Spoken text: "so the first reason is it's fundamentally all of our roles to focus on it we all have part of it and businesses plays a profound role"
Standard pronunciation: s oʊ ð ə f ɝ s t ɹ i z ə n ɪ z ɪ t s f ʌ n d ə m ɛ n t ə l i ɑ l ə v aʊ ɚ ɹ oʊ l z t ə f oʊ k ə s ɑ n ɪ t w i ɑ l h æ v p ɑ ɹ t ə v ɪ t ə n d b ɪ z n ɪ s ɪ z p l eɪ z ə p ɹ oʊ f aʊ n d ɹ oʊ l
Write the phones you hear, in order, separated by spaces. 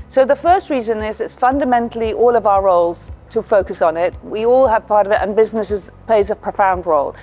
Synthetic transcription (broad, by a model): s oʊ ð ə f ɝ s t ɹ i z ə n ɪ z ɪ t s f ʌ n d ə m ɛ n t l i ɑ l ə v aʊ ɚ ɹ oʊ l z t ə f oʊ k ə s n ɪ t w i ɑ l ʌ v p ɑ ɹ t ə v ɪ t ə n b ɪ z n ɪ s ɪ z p l eɪ z ə p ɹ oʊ f aʊ n d ɹ oʊ l